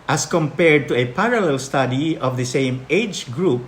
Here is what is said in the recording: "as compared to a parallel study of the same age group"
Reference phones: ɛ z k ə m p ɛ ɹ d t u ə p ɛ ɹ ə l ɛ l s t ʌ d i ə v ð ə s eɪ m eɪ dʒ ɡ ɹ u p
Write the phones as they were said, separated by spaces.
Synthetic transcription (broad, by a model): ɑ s k ə m p ɛ ɹ d t u ə p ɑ ɹ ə l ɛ l s t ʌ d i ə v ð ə s eɪ m eɪ dʒ ɡ ɹ u p